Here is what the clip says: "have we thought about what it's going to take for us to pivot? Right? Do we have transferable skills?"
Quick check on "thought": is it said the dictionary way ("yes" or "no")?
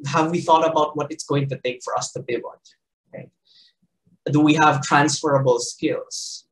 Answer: yes